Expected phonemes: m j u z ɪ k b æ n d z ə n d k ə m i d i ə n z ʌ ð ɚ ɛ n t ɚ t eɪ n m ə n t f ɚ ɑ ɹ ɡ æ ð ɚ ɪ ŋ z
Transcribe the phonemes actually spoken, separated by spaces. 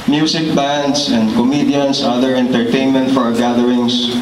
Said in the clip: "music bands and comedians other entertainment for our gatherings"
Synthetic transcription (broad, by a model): m j u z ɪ k b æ n d s ə n d k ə m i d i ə n s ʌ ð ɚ ɛ n t ɚ t eɪ n m ə n t f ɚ ɑ ɹ ɡ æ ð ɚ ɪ ŋ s